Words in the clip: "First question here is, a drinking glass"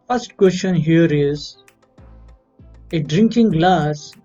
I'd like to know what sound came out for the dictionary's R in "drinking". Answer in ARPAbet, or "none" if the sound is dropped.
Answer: R